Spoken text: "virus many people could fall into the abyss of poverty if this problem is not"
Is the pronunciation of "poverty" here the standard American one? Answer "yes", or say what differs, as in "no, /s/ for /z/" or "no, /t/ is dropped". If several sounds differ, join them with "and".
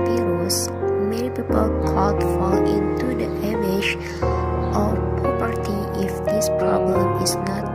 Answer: no, /p/ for /v/